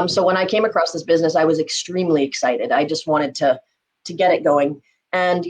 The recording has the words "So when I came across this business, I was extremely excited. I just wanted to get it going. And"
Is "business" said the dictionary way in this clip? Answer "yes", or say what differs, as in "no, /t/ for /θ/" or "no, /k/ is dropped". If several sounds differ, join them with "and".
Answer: yes